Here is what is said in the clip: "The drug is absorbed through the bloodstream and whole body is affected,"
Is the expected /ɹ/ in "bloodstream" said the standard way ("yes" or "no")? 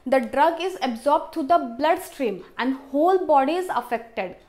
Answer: yes